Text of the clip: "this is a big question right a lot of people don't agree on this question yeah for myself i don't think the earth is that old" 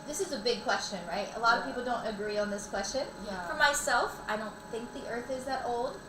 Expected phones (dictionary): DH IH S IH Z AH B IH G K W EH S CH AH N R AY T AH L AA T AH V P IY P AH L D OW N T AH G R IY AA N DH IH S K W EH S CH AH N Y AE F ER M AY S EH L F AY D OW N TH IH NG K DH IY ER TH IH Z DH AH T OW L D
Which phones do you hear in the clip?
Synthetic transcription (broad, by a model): DH IH S IH Z AH B IH G K W EH S CH AH N R AY T AH L AA T AH V P IY P L D OW N T AH G R IY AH N DH IH S K W EH S CH AH N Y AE F ER M AY S EH L F AY D OW N TH IH NG K DH IY ER TH IH Z DH AH T OW L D